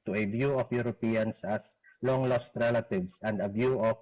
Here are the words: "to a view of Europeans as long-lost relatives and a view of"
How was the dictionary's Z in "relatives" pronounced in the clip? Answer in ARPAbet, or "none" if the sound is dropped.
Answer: S